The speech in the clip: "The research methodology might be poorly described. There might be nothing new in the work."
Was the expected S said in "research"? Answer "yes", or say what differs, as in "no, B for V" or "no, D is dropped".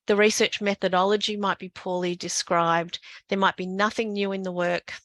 yes